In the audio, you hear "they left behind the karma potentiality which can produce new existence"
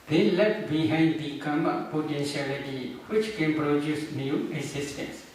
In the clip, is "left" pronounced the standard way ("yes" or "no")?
no